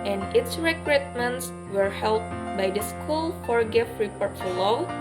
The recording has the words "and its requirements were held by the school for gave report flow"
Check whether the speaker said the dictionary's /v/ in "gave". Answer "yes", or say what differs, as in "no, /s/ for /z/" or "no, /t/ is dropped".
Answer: no, /f/ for /v/